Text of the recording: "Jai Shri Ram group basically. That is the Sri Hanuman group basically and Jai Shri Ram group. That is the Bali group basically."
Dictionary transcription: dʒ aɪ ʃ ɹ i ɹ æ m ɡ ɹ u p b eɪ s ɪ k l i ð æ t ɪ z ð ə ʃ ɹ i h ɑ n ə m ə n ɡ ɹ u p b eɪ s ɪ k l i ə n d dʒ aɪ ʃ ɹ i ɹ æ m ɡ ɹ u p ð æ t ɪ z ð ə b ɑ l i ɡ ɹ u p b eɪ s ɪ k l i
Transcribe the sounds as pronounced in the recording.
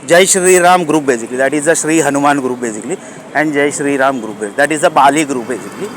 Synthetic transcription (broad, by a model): dʒ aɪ ʃ ɹ i ɹ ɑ m ɡ ɹ u p b eɪ s ɪ k l i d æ t ɪ z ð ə ʃ ɹ i h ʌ n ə m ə n ɡ ɹ u p b eɪ s ɪ k l i ə n d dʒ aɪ ʃ ɹ i ɹ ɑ m ɡ ɹ u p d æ t ɪ z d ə b ɑ l i ɡ ɹ u p b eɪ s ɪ k l i